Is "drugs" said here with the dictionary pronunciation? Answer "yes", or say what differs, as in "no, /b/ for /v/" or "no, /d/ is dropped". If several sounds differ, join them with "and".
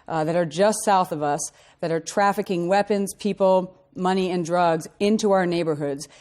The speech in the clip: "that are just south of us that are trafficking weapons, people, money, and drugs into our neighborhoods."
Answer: yes